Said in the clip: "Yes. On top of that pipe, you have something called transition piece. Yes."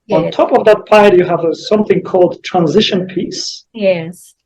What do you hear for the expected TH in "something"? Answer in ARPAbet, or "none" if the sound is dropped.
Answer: TH